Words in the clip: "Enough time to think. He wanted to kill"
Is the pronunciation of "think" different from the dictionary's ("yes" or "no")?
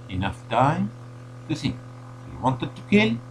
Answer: yes